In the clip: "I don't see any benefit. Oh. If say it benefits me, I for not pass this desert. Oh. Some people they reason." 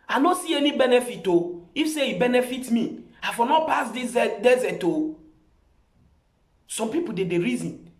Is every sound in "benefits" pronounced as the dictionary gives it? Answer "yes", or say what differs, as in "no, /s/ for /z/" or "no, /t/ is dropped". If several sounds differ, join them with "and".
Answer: no, /s/ is dropped